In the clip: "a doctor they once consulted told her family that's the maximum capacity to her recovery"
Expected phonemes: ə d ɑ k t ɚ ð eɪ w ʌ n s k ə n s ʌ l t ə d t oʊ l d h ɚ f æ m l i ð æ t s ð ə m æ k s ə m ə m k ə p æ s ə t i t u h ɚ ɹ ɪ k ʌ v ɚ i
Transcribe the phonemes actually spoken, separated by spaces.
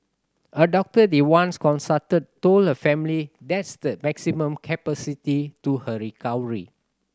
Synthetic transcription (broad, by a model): ə d ɑ k t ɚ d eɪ w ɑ n s k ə n s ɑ t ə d t oʊ l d h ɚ f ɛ m l i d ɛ t s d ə m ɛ k s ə m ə m k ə p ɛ s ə t i t u h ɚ ɹ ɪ k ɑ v ɚ i